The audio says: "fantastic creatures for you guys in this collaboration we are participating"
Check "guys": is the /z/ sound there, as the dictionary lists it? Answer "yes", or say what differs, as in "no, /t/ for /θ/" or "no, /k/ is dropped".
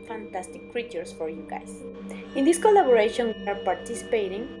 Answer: no, /s/ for /z/